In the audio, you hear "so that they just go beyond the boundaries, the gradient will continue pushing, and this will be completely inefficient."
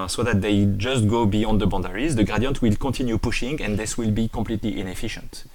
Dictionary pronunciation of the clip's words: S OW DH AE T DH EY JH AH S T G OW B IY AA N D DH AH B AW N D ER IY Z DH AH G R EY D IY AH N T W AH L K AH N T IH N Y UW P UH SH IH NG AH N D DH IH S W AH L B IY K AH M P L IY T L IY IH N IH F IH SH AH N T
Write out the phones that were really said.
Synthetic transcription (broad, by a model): S OW DH AE T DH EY JH AH S T G OW B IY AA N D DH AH B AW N D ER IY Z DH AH G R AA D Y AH N T W AH L K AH T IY N Y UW P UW SH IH NG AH N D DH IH S W AH L B IY K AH P L IY T L IY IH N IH F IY SH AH N T